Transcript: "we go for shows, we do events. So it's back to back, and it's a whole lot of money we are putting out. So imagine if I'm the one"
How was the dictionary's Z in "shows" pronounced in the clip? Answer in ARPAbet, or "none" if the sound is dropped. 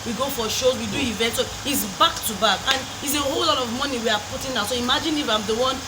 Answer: none